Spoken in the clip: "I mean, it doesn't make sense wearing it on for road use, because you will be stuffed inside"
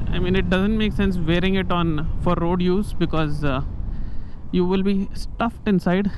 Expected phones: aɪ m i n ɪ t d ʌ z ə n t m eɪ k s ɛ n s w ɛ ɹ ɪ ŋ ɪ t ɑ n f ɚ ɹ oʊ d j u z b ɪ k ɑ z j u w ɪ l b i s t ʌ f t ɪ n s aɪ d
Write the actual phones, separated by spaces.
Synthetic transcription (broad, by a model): aɪ m i n ɪ t d ʌ z ə n t m eɪ k s ɛ n s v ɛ ɹ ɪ ŋ ɪ t ɑ n f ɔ ɹ oʊ d j u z b ɪ k ɑ z j u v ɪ l b i s t ʌ f t ɪ n s aɪ d